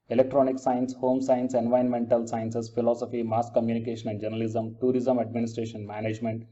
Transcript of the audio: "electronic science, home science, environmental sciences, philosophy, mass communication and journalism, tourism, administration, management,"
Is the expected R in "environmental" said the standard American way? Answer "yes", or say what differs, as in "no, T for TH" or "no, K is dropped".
no, R is dropped